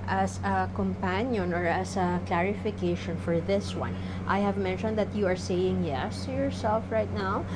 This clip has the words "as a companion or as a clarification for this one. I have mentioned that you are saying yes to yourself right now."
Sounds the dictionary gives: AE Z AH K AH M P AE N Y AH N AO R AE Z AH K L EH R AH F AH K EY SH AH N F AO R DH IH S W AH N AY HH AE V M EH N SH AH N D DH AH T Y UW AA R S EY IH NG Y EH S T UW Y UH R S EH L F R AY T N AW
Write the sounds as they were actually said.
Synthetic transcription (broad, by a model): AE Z AH K AH M P AE N Y AH N AO R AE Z AH K L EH R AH F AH K EY SH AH N F AO R DH IH S W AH N AY HH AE V M EH N SH AH N D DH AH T Y UW AA R S EY IH NG Y EH S T UW Y UH R S EH L F R AY T N AW